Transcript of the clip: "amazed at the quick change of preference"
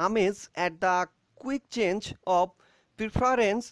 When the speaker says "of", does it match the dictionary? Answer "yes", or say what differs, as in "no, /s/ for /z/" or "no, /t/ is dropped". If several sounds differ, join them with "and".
no, /b/ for /v/